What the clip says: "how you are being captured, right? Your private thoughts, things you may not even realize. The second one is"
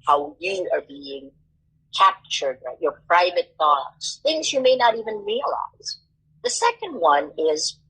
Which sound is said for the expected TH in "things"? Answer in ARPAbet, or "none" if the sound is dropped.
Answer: TH